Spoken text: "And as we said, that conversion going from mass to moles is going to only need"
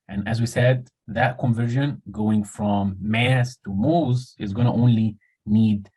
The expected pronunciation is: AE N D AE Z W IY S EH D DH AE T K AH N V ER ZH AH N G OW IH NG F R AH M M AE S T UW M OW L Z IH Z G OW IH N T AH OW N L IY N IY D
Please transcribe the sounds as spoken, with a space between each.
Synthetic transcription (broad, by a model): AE N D AE Z W IY S EH D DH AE T K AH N V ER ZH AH N G OW IH NG F R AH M M AE S T UW M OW Z IH Z G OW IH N T OW N L IY N IY D